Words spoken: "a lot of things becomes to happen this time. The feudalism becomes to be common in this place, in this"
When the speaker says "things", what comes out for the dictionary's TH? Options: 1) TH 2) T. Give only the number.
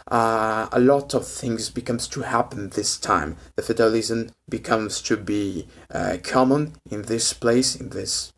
1